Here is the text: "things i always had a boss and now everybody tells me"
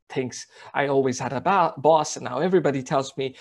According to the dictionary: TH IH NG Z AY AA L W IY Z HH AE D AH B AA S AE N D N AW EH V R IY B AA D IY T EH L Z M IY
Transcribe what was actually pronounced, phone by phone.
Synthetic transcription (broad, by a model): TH IH NG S AY AA L W IY Z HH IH D AH B AA S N N AW EH V R IY B AA D IY T EH L Z M IY